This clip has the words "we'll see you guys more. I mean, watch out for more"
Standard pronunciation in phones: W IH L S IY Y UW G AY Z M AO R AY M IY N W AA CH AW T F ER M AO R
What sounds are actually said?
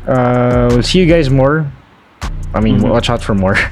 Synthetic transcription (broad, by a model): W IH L S IY Y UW G AY Z M AO R AY M IY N W AA CH AW T F ER M AO R